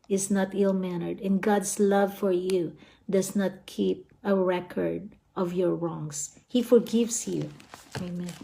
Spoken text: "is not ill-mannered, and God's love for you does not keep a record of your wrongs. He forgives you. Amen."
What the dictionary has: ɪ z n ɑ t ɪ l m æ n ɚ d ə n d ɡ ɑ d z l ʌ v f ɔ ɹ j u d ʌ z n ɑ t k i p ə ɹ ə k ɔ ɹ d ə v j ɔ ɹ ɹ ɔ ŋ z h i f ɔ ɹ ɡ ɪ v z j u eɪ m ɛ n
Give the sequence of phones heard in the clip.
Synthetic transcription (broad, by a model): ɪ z n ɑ t ɪ l m æ n ɚ d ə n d ɡ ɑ d s l ʌ v f ɔ ɹ j u d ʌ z n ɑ t k i p ə ɹ ə k ɔ ɹ d ə v j ɔ ɹ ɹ ɔ ŋ s h i f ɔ ɹ ɡ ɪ v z j u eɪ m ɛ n